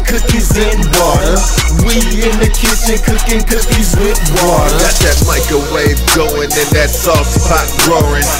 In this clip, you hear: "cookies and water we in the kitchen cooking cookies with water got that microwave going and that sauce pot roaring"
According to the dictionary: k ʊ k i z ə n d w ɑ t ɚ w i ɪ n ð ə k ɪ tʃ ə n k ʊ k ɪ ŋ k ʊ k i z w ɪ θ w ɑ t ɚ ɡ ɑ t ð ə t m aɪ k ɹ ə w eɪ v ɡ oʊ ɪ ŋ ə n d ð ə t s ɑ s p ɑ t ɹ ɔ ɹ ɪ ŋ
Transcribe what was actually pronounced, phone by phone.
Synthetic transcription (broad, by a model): k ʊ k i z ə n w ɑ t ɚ w i ɪ n ð ə k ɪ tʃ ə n k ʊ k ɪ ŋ k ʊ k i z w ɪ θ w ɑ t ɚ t ð ə t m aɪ k ə w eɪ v ɡ oʊ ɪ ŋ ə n ð ə t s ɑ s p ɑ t ɹ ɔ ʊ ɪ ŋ